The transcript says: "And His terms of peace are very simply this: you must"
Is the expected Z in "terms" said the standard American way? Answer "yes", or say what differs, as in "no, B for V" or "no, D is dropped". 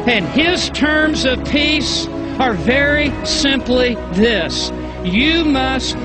yes